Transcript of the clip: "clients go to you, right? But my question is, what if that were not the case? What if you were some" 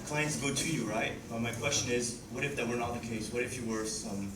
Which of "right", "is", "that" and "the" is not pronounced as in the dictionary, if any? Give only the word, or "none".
none